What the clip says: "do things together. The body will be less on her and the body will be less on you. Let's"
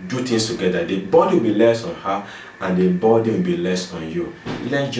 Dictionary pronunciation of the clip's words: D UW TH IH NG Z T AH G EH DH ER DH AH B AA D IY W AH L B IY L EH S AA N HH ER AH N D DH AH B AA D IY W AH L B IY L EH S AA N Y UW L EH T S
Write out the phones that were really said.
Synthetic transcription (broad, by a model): D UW T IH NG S T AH G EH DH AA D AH B AA D IY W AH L B IY L EH S AA N HH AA AH N D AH B AA D IY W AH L B IY L EH S AA N Y UW L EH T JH